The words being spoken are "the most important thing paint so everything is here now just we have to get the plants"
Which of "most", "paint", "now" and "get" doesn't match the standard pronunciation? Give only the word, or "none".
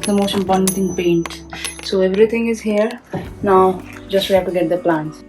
most